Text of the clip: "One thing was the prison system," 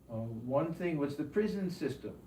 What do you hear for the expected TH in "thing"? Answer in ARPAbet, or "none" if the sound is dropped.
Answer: TH